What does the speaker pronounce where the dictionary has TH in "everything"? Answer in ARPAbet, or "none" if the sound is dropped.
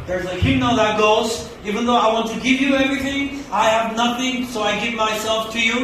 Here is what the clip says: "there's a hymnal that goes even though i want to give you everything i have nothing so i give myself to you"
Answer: TH